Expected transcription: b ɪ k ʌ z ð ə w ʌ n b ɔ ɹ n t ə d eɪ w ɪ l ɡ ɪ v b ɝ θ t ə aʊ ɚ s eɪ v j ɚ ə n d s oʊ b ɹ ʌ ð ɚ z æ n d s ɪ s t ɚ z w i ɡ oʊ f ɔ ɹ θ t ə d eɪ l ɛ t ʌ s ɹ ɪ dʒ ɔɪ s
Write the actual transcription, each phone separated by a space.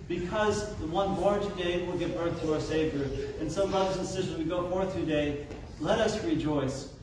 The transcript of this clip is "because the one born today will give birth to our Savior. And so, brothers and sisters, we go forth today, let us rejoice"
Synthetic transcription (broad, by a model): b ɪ k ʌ z ð ə w ʌ n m ɔ ɹ t ə d eɪ w ɪ l ɡ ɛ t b ɝ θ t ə aʊ ɚ s eɪ v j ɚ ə n s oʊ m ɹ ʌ ɚ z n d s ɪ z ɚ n w i ɡ oʊ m ɔ ɹ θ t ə d eɪ l ɛ t ʌ s ɹ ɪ dʒ ɔɪ s